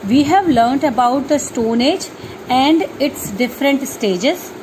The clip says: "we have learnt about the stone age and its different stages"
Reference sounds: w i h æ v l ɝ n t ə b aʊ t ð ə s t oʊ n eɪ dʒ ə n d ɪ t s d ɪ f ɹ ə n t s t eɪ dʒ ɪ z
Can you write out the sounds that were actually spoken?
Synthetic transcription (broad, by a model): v i h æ v l ɝ n t ə b aʊ t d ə s t oʊ n eɪ dʒ ə n d ɪ t s d ɪ f ɹ ə n t s t eɪ dʒ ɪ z